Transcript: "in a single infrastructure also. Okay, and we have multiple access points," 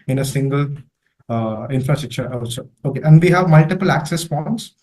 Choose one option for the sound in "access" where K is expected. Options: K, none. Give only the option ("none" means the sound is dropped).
K